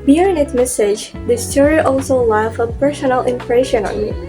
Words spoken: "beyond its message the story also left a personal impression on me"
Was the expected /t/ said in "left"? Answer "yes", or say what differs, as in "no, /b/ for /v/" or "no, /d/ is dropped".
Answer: no, /t/ is dropped